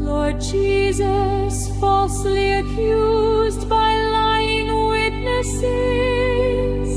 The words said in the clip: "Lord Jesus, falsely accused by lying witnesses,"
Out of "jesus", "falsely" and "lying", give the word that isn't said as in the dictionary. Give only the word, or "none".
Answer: none